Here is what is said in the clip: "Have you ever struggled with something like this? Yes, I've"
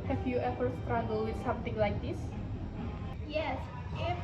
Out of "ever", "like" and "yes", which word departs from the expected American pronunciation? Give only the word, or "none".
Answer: ever